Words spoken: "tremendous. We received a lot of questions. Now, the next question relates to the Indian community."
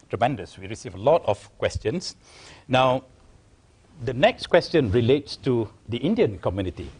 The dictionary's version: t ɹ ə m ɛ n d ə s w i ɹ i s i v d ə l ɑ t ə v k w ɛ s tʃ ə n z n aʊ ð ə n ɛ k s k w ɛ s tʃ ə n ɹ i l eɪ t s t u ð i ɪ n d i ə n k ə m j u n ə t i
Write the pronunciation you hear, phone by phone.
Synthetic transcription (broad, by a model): t ɹ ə m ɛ n d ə s w i ɹ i s i v ə l ɑ t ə f k w ɛ s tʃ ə n s n aʊ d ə n ɛ k s k w ɛ s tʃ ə n ɹ i l eɪ t s t u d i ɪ n d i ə n k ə m j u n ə t i